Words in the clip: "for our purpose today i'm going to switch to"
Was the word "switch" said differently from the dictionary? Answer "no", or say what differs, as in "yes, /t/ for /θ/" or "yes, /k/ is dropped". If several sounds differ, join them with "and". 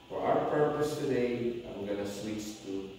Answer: yes, /s/ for /tʃ/